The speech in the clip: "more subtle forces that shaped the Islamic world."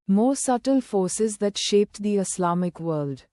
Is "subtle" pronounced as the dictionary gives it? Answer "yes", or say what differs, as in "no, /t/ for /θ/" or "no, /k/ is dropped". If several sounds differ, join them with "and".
yes